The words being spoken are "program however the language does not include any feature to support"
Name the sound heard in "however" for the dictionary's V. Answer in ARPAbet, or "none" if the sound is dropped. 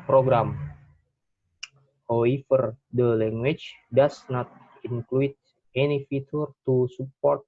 F